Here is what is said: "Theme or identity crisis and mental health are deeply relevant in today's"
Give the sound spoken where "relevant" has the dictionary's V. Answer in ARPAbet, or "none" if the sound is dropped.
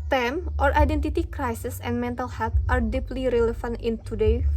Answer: F